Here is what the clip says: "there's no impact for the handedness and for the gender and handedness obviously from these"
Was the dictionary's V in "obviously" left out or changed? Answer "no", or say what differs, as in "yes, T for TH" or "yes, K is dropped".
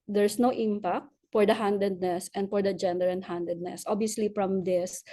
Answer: yes, V is dropped